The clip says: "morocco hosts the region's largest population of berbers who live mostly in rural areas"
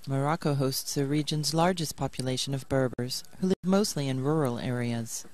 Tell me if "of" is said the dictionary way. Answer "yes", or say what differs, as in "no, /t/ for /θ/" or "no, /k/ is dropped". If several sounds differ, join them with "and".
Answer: yes